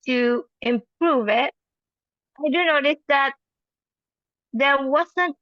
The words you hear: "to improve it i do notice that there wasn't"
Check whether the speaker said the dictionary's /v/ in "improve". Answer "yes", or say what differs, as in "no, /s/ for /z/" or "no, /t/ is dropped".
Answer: yes